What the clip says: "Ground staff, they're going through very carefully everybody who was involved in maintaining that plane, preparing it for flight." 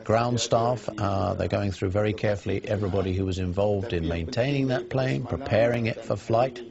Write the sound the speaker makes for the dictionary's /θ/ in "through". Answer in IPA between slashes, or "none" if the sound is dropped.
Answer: /θ/